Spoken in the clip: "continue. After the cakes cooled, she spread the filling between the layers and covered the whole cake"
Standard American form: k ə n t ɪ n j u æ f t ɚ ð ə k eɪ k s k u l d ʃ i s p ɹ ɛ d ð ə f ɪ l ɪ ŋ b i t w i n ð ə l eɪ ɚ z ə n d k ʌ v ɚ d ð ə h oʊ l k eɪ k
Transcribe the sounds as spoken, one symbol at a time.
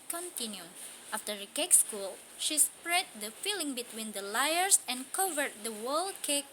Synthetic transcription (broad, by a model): k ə n t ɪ n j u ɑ f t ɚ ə k eɪ k s k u l ʃ i s p ɹ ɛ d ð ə f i l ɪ ŋ b i t w i n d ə l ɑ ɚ s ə n k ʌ v ɚ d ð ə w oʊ l k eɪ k